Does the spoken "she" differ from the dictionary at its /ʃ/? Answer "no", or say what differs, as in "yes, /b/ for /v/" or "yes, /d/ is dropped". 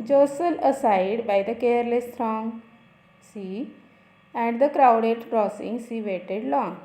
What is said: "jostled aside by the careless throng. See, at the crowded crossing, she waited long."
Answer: yes, /s/ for /ʃ/